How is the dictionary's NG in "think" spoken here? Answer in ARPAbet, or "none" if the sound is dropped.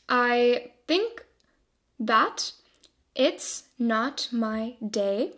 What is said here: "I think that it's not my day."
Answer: NG